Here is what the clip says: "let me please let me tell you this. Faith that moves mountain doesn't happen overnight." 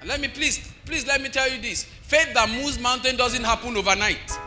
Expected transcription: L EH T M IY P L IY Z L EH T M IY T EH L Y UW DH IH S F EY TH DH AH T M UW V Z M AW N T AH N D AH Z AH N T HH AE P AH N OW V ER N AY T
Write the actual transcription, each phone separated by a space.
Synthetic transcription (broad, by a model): L EH T M IY P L IY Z L EH T M IY T EH L Y UW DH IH S F EY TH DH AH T M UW Z M AW N T AH N D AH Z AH N T HH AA P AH N OW V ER N AY T